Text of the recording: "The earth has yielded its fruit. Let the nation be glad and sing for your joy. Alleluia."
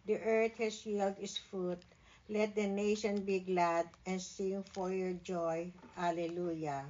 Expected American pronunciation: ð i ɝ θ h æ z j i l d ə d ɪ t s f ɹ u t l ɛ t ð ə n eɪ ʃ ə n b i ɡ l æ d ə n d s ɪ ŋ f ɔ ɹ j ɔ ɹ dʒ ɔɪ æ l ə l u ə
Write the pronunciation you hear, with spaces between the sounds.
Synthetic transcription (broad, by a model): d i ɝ t h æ s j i l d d ɪ t s f u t l ɛ t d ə n eɪ ʃ ə n b i ɡ l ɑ d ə n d s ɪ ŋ f ɔ ɹ j ɔ ɹ dʒ ɔɪ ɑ l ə l u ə